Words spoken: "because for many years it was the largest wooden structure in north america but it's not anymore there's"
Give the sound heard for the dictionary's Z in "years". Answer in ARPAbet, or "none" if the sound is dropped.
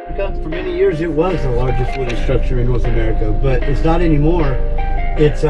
Z